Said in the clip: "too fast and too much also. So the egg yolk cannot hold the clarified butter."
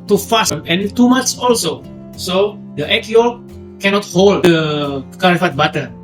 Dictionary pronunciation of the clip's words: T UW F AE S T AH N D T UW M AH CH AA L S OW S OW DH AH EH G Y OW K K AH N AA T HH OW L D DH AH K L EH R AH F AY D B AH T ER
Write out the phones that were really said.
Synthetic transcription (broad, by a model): T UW F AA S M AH N T UW M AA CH AA L S OW S OW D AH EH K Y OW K K AH N AA T HH OW L D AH K AA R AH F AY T B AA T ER